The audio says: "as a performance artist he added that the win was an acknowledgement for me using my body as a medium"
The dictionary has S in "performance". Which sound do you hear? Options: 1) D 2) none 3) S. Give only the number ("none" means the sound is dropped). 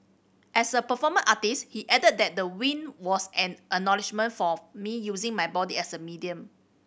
2